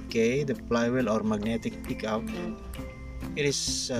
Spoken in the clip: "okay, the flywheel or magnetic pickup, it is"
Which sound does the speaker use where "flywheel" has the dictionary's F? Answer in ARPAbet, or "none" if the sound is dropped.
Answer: P